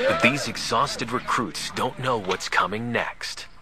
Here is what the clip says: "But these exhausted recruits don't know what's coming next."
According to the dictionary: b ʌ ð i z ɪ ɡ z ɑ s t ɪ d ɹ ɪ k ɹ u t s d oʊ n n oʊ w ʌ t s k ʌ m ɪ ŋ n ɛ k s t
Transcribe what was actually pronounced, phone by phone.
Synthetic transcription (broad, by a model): ð i z ɪ ɡ z ɑ s t ɪ d ɹ ɪ k ɹ u t s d oʊ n n oʊ w ʌ t s k ʌ m ɪ ŋ n ɛ k s t